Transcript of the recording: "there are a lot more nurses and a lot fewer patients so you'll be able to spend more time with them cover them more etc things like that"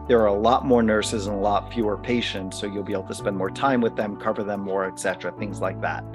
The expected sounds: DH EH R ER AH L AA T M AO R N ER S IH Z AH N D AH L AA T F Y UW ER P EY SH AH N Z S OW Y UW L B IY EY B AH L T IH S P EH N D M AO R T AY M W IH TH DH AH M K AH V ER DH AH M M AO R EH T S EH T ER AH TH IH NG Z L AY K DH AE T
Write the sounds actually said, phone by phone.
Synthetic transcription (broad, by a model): DH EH R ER AH L AA T M AO R N ER S IH Z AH N AH L AA T F Y UW ER P EY SH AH N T S OW Y UW L B IY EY B L T IH S P EH N D M AO R T AY M W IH DH AH M K AH V ER DH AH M M AO R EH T S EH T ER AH TH IH NG Z L AY K DH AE T